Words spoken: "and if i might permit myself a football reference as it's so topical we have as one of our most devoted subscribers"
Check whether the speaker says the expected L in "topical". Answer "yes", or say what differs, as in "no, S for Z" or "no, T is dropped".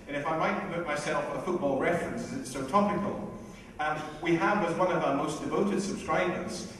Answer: no, N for L